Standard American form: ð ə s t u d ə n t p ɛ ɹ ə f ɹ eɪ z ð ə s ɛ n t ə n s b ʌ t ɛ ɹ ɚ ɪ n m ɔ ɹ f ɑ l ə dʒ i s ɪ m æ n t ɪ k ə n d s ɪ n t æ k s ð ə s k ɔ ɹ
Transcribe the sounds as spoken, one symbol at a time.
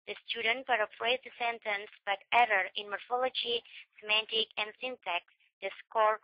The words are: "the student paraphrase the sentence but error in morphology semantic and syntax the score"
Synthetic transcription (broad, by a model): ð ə s t u d ə n t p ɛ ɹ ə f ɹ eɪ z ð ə s ɛ n t ə n s b ʌ t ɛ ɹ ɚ ɪ n m ɔ ɹ f ɑ l ə dʒ i s ɪ m æ n t ɪ k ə n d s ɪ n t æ k s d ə s k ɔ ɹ